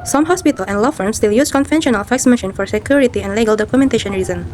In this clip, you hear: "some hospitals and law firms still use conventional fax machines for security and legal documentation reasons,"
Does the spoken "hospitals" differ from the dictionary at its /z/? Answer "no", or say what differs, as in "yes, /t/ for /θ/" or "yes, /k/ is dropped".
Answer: yes, /z/ is dropped